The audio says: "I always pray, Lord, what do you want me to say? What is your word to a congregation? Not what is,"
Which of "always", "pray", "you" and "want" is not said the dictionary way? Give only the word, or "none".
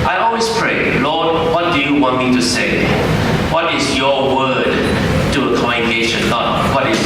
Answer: always